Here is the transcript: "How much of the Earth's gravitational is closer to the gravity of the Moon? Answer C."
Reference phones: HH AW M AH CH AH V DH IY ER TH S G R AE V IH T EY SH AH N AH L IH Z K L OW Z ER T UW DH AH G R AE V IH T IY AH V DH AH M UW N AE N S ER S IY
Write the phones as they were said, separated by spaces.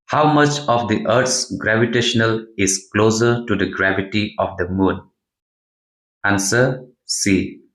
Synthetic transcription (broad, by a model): HH AW M AH CH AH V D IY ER T S G R AE V IH T EY SH AH N AH L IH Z K L OW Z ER T UW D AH G R AE V IH T IY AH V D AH M UW N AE N S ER S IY